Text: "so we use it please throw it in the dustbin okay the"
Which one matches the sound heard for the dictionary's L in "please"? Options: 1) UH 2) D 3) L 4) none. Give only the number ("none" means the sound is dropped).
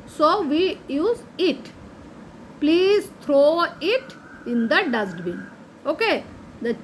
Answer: 3